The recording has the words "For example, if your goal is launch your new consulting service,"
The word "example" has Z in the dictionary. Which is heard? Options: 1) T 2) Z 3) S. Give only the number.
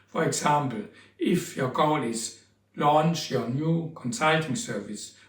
3